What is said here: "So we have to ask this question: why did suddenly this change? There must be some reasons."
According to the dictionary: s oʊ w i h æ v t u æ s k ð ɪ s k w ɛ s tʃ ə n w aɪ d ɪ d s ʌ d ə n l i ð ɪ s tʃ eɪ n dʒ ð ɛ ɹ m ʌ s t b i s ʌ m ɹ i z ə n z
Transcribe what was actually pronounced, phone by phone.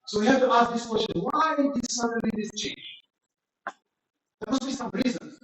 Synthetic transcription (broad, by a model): s oʊ w i h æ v t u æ s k ð ɪ s k w ɛ s tʃ ə n w aɪ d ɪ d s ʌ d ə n i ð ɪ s tʃ eɪ n dʒ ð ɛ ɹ m ʌ s t b i s ʌ m ɹ i z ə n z